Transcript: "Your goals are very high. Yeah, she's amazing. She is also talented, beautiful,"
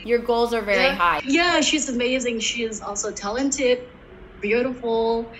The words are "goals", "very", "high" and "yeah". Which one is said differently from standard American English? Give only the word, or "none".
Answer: none